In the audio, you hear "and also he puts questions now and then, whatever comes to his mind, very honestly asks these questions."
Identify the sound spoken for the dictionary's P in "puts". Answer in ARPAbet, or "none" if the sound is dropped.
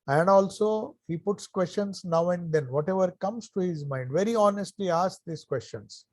P